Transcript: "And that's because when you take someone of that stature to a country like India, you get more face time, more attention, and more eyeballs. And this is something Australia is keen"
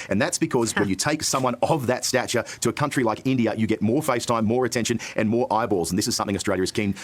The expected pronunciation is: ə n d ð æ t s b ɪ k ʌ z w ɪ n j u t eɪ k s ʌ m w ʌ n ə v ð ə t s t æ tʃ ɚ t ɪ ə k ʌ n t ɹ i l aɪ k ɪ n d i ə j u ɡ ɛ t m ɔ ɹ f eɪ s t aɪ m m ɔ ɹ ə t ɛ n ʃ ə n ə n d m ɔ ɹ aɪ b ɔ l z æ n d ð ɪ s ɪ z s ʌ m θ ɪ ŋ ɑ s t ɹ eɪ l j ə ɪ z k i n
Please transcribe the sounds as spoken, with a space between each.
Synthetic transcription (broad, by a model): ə n ð æ t s b ɪ k ʌ z w ɪ n j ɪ t eɪ k s ʌ m w ʌ n ə v ð ə t s t æ tʃ ɚ t ɪ ə k ʌ n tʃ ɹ i l aɪ k ɪ n d i ə j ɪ ɡ ɛ t m ɔ ɹ f eɪ s t aɪ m m ɔ ɹ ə t ɛ n ʃ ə n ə n m ɔ ɹ aɪ b ɔ l z n ð ɪ s ɪ z s ʌ m θ ɪ ŋ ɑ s t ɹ eɪ l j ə ɪ z k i n